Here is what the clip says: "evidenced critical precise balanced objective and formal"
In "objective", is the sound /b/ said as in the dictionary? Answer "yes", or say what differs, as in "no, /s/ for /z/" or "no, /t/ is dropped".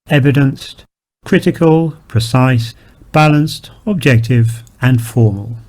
yes